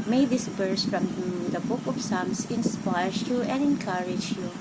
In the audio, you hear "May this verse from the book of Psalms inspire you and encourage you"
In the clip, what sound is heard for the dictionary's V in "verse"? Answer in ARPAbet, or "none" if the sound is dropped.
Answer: B